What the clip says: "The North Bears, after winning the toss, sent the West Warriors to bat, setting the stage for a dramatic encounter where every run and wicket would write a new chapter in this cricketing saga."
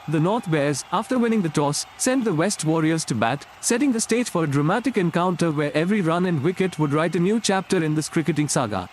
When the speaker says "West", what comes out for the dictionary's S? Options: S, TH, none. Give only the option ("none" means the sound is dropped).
S